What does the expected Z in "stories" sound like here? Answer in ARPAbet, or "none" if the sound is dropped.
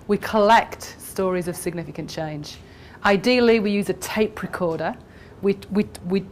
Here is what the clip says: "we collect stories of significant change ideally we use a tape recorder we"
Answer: Z